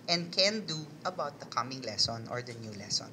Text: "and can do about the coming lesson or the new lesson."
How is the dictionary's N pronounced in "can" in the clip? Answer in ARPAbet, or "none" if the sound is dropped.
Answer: N